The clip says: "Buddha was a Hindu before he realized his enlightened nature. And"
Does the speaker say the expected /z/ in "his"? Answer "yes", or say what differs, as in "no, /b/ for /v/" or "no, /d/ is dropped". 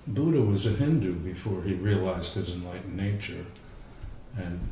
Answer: yes